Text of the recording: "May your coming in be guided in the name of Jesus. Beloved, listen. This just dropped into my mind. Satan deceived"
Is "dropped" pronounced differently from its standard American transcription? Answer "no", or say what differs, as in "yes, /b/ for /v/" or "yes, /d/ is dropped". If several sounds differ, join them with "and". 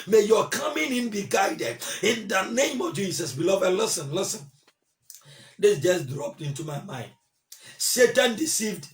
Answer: no